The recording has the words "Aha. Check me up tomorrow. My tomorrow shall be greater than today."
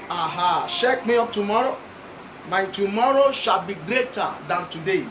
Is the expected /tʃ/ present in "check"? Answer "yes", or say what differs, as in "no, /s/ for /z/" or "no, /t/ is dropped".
no, /ʃ/ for /tʃ/